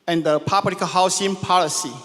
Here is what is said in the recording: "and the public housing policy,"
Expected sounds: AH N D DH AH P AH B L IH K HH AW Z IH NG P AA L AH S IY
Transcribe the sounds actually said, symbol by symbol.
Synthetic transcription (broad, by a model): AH N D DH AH P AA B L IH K HH AW S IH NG P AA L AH S IY